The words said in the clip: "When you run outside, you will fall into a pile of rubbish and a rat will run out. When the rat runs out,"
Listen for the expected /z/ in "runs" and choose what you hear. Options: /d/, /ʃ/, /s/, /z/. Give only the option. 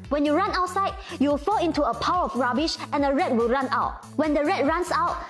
/s/